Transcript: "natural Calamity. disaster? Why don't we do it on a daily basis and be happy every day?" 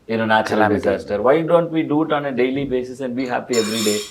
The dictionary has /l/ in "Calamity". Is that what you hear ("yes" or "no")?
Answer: no